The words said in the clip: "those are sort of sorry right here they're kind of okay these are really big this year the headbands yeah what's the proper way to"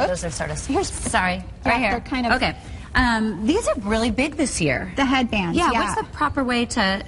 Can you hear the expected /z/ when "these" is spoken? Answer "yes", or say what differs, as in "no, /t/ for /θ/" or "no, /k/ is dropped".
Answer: yes